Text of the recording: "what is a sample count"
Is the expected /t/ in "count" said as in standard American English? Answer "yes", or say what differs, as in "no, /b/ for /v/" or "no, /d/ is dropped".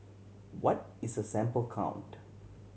yes